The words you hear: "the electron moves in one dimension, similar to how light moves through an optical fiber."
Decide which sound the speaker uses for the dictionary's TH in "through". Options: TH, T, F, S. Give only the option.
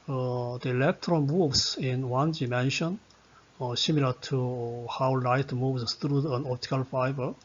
T